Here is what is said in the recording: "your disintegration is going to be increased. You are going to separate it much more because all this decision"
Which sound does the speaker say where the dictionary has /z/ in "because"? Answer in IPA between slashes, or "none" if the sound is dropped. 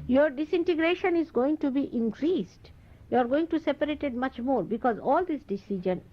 /z/